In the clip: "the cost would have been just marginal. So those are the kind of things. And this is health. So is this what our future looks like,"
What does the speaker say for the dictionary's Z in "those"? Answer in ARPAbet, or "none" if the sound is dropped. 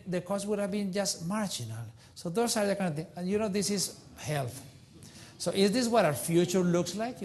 S